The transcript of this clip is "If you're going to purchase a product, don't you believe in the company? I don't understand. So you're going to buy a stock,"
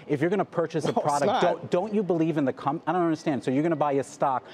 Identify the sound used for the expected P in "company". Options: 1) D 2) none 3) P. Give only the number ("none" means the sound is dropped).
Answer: 2